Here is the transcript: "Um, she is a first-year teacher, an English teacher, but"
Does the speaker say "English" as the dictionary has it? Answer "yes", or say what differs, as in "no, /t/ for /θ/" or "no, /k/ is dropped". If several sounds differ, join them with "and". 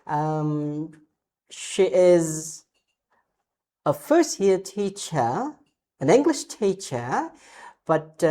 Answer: yes